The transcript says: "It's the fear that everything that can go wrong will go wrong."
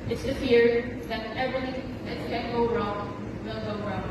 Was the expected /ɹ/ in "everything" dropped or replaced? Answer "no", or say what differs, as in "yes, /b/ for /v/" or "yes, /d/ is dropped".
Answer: yes, /l/ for /ɹ/